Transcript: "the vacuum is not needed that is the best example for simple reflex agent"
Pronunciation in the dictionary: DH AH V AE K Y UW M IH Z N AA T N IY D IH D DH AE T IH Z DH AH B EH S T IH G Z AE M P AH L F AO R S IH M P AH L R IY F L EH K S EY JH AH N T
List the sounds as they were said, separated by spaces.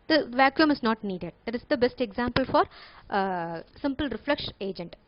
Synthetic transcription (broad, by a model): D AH V AE K Y UW M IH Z N AA T N IY D IH D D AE T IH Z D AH B EH S T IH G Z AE M P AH L F AO R S IH M P AH L R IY F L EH K SH EY JH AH N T